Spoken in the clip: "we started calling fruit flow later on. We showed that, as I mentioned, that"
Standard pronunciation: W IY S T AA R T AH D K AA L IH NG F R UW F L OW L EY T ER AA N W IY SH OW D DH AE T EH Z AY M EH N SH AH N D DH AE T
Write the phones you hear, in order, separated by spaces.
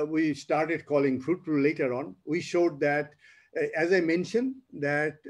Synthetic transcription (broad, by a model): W IY S T AA R T AH D K AA L IH NG F R UW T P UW L EY T ER AA N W IY SH OW D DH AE T EH Z AY M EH N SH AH N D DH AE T